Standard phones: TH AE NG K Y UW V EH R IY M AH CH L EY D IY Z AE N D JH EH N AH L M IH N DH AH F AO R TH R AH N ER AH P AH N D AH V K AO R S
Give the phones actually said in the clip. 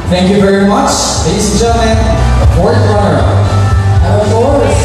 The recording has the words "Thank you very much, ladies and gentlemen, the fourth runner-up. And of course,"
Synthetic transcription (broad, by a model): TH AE NG K Y UW V EH R IY M AH CH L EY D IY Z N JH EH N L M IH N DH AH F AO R T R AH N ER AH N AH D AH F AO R